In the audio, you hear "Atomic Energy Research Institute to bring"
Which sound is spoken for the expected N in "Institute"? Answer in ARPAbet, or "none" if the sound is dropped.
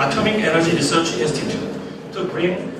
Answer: none